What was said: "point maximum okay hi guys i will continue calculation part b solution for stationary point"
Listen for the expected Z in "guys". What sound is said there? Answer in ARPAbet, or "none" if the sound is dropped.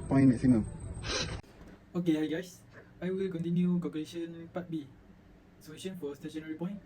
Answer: S